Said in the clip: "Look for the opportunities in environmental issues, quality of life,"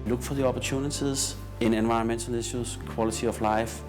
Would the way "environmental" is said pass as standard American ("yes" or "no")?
no